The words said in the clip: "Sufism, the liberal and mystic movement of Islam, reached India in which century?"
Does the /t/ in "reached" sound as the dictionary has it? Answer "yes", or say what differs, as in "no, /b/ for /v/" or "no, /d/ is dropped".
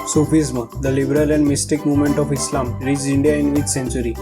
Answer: no, /t/ is dropped